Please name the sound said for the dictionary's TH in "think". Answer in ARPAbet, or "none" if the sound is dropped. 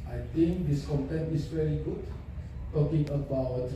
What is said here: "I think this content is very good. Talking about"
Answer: T